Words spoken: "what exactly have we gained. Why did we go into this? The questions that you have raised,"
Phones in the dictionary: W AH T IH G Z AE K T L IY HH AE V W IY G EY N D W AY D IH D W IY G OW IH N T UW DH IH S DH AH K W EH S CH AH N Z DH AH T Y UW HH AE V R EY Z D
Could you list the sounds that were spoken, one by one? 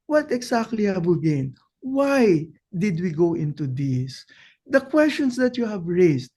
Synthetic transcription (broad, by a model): W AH T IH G S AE K T L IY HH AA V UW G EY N W AY D IH D W IY G OW IH N T UW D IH S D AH K W EH S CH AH N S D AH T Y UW HH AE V R EY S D